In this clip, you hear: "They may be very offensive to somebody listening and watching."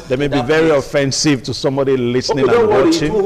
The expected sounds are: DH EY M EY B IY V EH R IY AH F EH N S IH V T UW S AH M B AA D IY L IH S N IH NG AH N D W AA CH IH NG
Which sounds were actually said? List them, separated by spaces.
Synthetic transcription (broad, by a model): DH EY M EY B IY V EH R IY AH F EH N S IH V T UW S AH M B AA D IY L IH S N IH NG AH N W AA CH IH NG